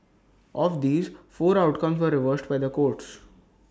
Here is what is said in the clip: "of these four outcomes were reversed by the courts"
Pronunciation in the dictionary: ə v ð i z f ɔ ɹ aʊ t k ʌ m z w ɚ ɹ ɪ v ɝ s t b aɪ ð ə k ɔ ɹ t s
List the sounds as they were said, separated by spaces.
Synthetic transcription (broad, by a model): ə v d i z f ɔ ɹ aʊ t k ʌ m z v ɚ ɹ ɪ v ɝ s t b aɪ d ə k ɔ ɹ t s